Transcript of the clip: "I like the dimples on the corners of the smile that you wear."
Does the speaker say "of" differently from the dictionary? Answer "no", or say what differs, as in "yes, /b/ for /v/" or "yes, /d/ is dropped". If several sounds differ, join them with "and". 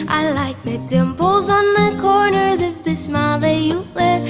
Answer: yes, /f/ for /v/